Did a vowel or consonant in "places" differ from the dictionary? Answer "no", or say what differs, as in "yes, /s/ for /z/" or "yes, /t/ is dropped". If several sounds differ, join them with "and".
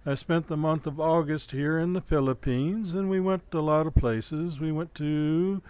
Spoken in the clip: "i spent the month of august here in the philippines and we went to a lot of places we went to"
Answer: no